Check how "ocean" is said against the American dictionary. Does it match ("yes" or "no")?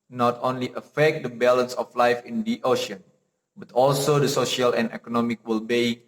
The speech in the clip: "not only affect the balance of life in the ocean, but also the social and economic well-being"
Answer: yes